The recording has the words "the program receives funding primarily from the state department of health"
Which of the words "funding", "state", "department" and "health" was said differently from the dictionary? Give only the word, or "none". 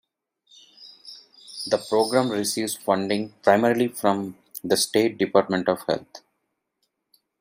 health